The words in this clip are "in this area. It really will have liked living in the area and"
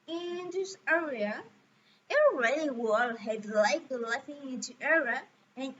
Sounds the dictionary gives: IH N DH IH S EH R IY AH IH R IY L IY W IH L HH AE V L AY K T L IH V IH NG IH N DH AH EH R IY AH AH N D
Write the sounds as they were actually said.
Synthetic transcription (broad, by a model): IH N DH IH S EH R IY AH IH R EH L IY W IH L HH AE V L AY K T L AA F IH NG IH N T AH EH R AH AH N